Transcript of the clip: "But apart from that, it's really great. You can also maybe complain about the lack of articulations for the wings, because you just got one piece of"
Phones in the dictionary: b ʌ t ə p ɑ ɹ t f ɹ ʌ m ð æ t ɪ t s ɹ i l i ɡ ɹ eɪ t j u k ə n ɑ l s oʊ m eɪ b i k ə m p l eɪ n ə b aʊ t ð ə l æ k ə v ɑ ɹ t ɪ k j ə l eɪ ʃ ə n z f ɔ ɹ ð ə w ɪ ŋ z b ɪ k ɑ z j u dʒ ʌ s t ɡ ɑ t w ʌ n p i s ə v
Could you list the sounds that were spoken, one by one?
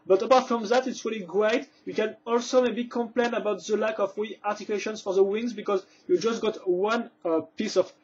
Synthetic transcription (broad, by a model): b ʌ t ə p ɑ ɹ t f ɹ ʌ m ð æ t ɪ t s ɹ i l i ɡ ɹ eɪ t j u k ə n ɑ l s oʊ m eɪ b i k ə m p l eɪ n ə b aʊ t ð ə l æ k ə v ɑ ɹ t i k j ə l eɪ ʃ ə n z f ɔ ɹ ð ə w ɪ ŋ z b ɪ k ɑ z j u dʒ ʌ s t ɡ ɑ t w ʌ n p i s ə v